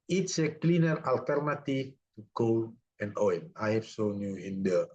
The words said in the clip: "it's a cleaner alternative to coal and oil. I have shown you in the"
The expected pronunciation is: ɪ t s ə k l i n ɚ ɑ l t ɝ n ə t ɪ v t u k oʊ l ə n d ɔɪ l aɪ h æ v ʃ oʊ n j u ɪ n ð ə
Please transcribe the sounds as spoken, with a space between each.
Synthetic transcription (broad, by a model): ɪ t s ə k l i n ɚ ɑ l t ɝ n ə t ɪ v t u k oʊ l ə n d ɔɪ n aɪ h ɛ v s oʊ n j u ɪ n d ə